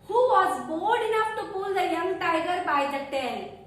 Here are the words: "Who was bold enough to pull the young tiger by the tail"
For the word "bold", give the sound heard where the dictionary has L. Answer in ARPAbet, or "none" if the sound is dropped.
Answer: none